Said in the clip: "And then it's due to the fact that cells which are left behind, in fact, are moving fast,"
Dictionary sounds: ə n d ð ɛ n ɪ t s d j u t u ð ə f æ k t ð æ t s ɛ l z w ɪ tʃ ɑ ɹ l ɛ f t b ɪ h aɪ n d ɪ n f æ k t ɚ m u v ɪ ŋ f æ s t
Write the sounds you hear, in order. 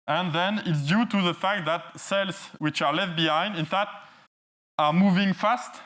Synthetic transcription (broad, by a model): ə n ð ɛ n ɪ t s d j u t u ð ə f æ k t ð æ t s ɛ l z w ɪ tʃ ɑ ɹ l ɛ f t b ɪ h aɪ n d ɪ n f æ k t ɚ m u v ɪ ŋ f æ s t